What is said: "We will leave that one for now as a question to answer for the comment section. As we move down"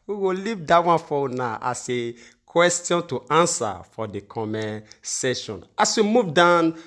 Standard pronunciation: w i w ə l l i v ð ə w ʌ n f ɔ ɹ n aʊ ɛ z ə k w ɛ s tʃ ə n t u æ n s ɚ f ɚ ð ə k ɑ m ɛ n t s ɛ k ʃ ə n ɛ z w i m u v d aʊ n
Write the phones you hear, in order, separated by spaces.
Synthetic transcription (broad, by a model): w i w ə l l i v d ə w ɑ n f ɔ w n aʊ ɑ s ə k w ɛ s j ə n t u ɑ n s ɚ f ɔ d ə k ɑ m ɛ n s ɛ ʃ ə n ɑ s w i m u v d aʊ n